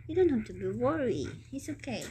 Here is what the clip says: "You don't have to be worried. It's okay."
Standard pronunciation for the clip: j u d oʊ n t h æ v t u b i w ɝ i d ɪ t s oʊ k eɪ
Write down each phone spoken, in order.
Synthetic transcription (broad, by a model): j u d oʊ n t h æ f t u b i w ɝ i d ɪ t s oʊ k eɪ